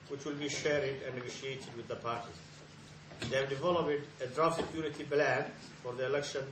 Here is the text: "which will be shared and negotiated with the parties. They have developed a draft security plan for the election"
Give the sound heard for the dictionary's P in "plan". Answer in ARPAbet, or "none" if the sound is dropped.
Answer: B